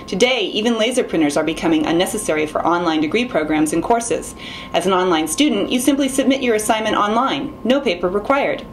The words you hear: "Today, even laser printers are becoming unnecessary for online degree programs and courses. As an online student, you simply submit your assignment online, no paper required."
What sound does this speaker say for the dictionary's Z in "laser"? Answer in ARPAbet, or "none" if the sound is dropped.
Z